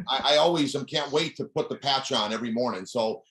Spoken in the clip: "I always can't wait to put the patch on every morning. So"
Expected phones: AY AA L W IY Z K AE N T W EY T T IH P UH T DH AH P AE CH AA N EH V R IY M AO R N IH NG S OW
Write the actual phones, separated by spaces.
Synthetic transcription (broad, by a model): AY AA L W IY Z K AE N T W EY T T IH P UH T DH AH P AE CH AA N EH V R IY M AO R N IH NG S OW